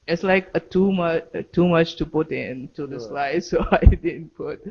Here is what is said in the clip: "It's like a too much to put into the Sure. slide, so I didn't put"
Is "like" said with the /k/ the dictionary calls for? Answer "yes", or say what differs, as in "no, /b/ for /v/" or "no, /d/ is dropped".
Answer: yes